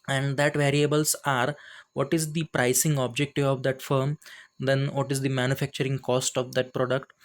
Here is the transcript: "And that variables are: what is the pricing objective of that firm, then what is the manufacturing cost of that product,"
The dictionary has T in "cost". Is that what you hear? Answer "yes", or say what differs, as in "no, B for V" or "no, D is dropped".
yes